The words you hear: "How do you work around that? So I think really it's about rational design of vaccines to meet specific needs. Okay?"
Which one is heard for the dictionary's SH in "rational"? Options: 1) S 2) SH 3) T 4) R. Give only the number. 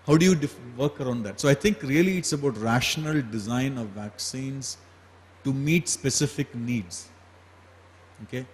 2